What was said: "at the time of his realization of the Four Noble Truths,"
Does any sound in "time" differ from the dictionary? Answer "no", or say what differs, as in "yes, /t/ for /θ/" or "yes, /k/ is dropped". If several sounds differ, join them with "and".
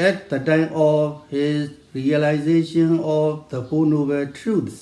no